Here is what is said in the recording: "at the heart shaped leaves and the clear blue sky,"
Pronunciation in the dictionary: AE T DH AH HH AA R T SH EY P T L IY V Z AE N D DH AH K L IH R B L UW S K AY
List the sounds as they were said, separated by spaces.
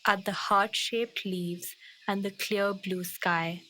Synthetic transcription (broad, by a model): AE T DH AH HH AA R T SH EY P T L IY V Z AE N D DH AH K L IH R B L UW S K AY